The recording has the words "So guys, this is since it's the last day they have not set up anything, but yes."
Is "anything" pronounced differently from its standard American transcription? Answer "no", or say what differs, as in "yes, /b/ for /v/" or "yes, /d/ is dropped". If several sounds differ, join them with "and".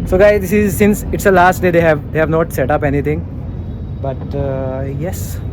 yes, /t/ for /θ/